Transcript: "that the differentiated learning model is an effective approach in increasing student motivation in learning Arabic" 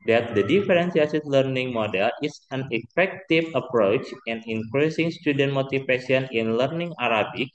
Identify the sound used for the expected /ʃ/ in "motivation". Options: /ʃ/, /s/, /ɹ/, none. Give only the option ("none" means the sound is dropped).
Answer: /s/